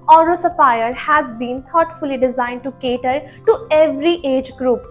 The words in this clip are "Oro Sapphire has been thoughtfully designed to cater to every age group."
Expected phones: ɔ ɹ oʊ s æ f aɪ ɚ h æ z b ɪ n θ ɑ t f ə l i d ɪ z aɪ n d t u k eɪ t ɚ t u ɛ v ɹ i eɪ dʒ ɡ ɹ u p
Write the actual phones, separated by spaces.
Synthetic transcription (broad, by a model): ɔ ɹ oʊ s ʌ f aɪ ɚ h æ z b ɪ n t ɑ t f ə l i d ɪ z aɪ n d t u k eɪ t ɚ t u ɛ v ɹ i eɪ dʒ ɡ ɹ u p